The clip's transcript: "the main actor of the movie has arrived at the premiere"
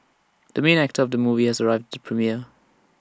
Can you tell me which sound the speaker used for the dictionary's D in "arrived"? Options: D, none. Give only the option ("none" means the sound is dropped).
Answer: D